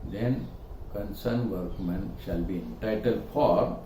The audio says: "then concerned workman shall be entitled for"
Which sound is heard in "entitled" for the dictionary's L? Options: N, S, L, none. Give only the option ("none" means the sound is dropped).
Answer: L